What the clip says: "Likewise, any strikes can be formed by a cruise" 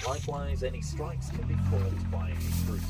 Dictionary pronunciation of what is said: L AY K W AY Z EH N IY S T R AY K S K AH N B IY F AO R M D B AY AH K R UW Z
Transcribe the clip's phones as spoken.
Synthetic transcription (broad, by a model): L AY K W AY Z EH N IY S T R AY K S K AH N B IY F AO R D B AY AH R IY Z